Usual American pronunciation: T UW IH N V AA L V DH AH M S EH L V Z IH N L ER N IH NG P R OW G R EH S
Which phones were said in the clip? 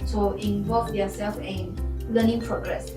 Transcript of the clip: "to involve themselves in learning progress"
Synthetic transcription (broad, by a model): T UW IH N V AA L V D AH S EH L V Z IH N L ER N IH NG P R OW G R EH S